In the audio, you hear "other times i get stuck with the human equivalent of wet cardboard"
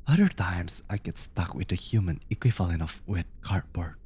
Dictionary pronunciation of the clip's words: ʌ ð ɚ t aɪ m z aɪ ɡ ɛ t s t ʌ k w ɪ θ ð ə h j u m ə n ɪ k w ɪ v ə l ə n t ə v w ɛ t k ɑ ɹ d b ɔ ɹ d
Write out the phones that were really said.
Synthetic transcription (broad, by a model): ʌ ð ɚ t aɪ m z aɪ ɡ ɛ t s t ʌ k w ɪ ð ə h j u m ə n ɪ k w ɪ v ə l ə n ə f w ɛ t k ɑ ɹ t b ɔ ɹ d